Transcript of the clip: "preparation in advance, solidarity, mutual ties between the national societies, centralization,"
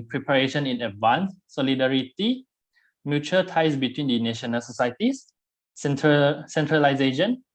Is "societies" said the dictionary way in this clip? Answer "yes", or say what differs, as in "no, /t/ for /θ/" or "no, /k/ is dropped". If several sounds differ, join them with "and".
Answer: no, /s/ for /t/